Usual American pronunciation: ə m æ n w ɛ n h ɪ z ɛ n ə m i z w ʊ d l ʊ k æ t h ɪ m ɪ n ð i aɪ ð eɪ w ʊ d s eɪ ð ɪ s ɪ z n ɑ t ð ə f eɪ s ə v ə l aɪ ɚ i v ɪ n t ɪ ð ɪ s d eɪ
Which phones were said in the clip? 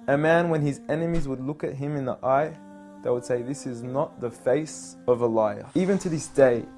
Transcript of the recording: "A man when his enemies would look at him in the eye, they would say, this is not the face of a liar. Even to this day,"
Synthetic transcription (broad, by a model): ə m æ n w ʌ n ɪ z ɛ n ə m i z w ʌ d l ʊ k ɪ t h ɪ m ɪ n ð i aɪ ð eɪ w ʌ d s eɪ ð ɪ s ɪ z n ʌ t ð ə f eɪ s ə v ə l aɪ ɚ i v ɪ n t ɪ ð ɪ s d eɪ